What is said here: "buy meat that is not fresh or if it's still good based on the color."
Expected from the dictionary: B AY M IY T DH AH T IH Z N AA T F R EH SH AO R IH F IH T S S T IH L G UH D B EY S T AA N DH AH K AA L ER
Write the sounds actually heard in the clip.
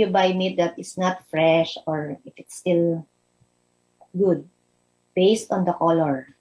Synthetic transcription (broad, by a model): B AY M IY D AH T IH S N AA T F R EH SH AO R IH F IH T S S T IH L G UH D B EY S T AA N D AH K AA L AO